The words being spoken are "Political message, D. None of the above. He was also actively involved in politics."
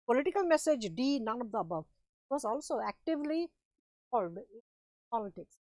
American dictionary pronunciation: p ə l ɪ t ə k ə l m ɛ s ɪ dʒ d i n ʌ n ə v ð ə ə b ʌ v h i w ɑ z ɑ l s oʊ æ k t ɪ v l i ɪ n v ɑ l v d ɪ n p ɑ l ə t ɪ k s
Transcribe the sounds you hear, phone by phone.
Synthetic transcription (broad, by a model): p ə l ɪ t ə k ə l m ɛ s ɪ dʒ d i n ʌ n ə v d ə ə b ʌ v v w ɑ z ɑ l s oʊ æ k t ɪ v l i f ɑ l d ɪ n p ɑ l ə t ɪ k s